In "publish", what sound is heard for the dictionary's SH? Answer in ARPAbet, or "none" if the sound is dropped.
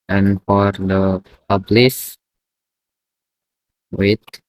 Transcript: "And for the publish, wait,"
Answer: S